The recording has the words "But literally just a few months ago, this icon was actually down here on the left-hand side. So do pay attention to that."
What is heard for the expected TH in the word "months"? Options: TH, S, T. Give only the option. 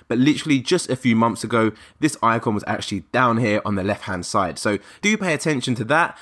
TH